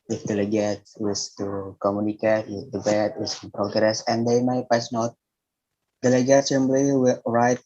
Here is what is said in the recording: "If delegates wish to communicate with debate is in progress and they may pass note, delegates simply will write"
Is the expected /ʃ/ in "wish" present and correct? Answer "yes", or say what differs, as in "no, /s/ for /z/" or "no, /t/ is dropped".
no, /s/ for /ʃ/